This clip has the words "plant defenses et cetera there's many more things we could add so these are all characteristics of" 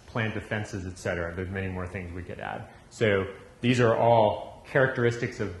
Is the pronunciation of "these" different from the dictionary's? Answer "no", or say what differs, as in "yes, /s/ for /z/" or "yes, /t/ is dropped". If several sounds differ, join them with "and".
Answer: no